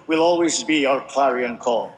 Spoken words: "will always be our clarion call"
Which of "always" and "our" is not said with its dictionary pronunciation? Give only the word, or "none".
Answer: none